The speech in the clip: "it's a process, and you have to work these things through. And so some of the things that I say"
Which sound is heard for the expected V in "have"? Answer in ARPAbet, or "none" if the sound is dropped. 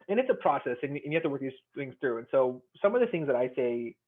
F